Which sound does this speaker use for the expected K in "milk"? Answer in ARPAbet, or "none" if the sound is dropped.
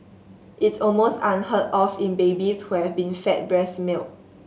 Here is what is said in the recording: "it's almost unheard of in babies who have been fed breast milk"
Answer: none